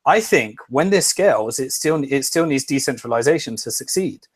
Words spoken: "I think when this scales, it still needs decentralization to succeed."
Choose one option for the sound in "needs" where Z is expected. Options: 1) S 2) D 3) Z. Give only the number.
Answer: 3